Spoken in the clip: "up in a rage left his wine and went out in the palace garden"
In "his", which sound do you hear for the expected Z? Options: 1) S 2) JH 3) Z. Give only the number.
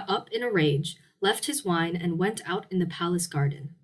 3